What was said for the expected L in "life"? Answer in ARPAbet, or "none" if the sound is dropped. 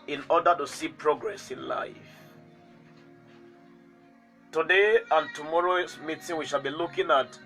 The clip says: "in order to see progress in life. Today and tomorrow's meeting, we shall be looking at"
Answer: L